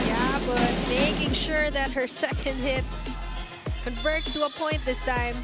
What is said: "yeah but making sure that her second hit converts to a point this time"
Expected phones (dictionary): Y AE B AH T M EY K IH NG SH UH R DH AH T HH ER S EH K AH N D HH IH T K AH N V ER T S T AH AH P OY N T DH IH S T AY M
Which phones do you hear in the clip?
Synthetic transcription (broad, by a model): Y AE B AH T M EY K IH NG SH UH R DH AH T HH ER S EH K AH N D HH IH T K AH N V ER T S T AH AH P OY N DH IH S T AY M